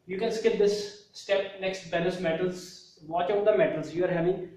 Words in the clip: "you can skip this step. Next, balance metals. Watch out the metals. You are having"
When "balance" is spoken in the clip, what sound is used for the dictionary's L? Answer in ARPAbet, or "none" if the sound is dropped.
N